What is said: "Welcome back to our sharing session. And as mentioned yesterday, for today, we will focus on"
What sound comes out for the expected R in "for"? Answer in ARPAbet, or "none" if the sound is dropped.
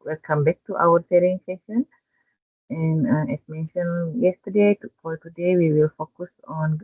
L